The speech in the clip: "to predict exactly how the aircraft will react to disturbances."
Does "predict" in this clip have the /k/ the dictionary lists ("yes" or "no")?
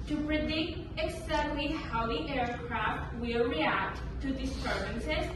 yes